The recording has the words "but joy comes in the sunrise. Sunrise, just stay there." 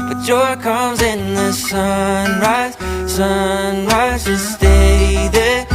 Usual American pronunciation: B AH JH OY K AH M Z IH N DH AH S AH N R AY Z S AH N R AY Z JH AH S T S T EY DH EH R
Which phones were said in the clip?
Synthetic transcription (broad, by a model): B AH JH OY K AH M Z IH N DH AH S AH N R AY Z S AH N R AY Z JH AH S S T EY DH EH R